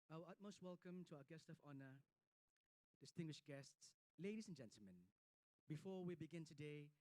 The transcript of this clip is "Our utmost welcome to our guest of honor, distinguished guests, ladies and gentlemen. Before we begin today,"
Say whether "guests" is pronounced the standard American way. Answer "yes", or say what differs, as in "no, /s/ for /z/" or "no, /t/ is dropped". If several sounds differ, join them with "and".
yes